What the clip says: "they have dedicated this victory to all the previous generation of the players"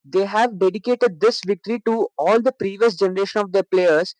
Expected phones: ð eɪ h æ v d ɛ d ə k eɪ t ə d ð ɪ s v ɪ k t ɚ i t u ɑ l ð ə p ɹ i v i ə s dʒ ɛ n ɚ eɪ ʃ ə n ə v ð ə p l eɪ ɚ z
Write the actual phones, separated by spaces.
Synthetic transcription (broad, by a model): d eɪ h æ v d ɛ d ə k eɪ t ə d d ɪ s v ɪ k t ɚ i t u ɑ l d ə p ɹ i v i ə s dʒ ɛ n ɚ eɪ ʃ ə n ə v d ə p l eɪ ɚ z